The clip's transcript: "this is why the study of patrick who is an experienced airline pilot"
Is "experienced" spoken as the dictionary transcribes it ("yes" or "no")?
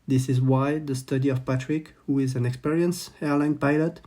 no